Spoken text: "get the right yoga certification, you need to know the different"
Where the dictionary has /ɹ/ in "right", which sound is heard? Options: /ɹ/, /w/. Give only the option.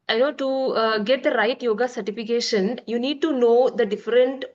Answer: /ɹ/